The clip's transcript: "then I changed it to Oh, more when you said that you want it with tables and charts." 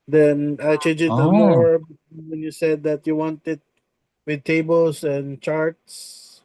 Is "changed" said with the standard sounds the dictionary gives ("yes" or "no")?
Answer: no